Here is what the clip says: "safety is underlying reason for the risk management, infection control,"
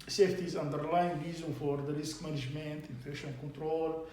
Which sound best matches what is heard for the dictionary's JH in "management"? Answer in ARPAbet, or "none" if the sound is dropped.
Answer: ZH